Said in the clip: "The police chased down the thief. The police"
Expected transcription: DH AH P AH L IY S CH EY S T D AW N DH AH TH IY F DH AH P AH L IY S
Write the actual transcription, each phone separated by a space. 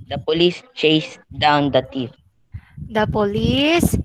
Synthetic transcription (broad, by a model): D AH P AH L IY S CH EY S D AW N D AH T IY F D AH P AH L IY S